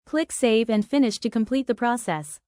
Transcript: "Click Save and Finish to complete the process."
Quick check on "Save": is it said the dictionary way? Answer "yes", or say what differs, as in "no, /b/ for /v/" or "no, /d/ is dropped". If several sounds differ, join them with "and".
yes